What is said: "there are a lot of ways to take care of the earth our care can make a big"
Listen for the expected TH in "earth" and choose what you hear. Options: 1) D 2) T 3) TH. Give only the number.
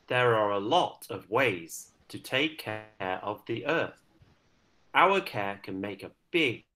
3